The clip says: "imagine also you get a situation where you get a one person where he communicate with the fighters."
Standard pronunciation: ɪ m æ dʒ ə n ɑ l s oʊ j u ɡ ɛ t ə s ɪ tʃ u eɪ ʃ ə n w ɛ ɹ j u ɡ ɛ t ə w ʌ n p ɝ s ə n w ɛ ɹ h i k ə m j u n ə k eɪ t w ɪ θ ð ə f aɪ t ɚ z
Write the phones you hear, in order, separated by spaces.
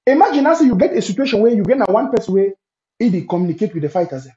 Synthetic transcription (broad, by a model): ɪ m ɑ dʒ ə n ɑ s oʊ j u ɡ ɛ t ə s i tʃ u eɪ ʃ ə n w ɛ j u ɡ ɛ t ə w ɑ n p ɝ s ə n w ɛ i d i k ə m j u n ə k eɪ t w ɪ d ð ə f aɪ t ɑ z